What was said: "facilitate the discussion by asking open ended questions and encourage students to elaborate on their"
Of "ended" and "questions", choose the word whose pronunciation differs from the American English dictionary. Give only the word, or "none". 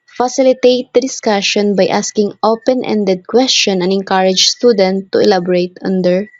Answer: questions